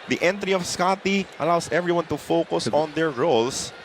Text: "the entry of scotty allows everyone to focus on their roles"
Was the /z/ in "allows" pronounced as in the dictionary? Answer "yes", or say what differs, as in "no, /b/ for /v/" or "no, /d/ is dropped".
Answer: no, /s/ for /z/